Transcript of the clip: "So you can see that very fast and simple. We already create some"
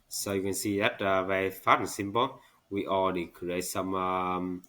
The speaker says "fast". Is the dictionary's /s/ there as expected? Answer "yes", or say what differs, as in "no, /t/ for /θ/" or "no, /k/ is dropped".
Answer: no, /s/ is dropped